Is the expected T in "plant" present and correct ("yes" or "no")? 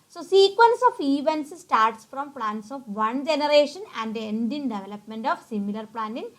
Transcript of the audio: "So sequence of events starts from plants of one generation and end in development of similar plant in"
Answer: no